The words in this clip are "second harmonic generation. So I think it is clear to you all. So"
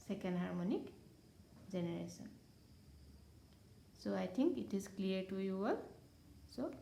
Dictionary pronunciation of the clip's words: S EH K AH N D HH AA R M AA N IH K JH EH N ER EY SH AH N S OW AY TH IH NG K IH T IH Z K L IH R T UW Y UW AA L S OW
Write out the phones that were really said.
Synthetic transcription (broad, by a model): S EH K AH N D HH AA R M AA N IH K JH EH N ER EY S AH N S OW AY T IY NG K IH T IH Z K L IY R T UW Y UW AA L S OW